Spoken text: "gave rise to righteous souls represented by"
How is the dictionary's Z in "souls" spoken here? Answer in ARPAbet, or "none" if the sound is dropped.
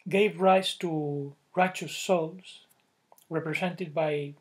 S